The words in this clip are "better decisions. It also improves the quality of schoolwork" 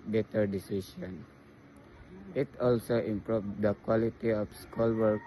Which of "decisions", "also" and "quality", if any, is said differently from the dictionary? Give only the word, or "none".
decisions